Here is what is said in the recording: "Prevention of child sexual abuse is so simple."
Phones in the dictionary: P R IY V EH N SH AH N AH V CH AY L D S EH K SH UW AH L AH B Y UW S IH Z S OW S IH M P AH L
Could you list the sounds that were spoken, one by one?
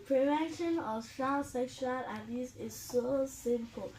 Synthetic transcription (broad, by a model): P R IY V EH N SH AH N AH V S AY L S EH K SH UW AH L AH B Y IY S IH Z S OW S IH M P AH L